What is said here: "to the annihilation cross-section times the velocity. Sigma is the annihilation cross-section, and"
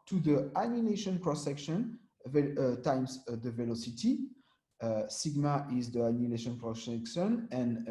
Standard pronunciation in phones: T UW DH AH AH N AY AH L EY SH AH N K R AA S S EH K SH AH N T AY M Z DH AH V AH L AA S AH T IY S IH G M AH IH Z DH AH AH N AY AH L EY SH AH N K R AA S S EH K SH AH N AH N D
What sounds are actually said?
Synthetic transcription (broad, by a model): T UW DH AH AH N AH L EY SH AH N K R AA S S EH K SH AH N T AY M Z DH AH V AH L AA S AH T IY S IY G M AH IH Z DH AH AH N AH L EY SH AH N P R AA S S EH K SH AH N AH N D